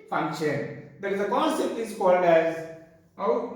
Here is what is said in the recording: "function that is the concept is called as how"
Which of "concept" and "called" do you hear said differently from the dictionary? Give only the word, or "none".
none